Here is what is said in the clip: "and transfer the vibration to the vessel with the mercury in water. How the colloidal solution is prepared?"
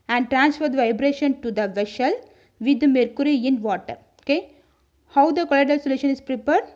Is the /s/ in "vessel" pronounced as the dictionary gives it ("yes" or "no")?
no